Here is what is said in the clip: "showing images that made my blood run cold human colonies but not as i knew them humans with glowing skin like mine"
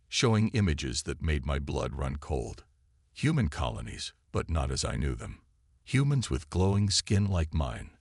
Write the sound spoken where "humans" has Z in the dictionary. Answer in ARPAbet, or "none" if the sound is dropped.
Z